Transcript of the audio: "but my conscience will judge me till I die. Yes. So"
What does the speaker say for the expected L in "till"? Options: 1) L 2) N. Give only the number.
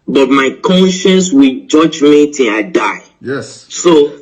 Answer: 2